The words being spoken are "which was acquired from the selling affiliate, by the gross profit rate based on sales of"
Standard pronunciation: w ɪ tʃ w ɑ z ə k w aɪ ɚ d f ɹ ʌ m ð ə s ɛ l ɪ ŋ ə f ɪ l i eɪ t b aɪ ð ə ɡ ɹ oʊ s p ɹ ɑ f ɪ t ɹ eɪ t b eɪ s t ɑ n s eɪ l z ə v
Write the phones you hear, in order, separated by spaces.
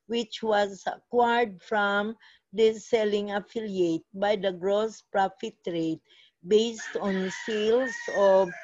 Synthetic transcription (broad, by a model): w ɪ tʃ w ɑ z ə k w aɪ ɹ d f ɹ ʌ m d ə s ɛ l ɪ ŋ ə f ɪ l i eɪ t b aɪ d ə ɡ ɹ oʊ s p ɹ ɑ f ɪ t ɹ eɪ t b eɪ s t ɑ n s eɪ l s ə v